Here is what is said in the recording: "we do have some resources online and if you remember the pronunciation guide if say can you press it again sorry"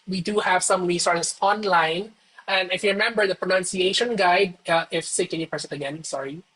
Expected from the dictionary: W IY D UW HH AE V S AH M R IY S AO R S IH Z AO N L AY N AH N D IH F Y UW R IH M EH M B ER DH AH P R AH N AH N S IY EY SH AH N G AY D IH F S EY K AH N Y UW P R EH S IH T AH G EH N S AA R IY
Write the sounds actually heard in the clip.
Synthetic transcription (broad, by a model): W IY D UW HH AE V S AH M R IY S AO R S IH S AO N L AY N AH N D IH F Y UW R IH M EH M B ER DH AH P R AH N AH N S IY EY SH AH N G AY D IH F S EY K AH N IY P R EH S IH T AH G EH N S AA R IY